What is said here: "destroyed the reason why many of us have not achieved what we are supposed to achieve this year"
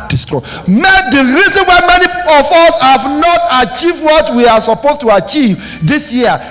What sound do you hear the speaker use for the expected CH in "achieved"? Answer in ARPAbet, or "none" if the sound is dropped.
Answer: CH